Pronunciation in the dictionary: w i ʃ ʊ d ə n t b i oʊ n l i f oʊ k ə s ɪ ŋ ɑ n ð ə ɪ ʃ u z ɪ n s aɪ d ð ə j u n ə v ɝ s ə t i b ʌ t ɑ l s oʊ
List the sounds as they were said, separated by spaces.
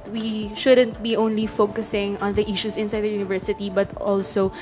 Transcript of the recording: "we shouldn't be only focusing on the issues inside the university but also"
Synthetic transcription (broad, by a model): w i ʃ ʊ d ə n t b i oʊ n l i f oʊ k ə s ɪ ŋ ɑ n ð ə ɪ ʃ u s ɪ n s aɪ d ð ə j u n ə v ɝ s ə t i b ʌ t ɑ l s oʊ